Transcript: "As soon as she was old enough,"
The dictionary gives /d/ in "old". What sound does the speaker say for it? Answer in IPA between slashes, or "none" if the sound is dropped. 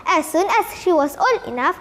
none